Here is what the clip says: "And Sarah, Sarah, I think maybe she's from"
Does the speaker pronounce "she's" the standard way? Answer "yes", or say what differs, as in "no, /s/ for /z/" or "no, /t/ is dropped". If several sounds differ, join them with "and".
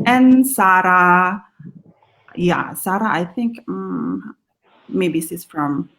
no, /s/ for /ʃ/